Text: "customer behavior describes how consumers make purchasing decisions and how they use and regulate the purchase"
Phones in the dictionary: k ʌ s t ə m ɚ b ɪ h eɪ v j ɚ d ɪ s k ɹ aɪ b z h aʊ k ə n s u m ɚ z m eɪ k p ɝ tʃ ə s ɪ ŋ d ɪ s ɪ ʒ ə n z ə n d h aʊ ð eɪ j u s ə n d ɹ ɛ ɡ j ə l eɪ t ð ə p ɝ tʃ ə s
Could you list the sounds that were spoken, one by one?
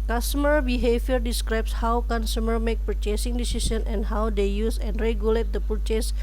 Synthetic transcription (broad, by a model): k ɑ s t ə m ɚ b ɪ h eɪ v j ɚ d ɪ s k ɹ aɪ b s h aʊ k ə n s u m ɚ m eɪ k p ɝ tʃ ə s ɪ ŋ d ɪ s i s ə n ə n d h aʊ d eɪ j u s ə n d ɹ ɛ ɡ j ə l eɪ t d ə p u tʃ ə s